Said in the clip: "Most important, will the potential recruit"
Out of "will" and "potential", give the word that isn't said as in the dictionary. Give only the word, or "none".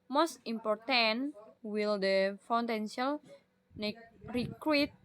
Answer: potential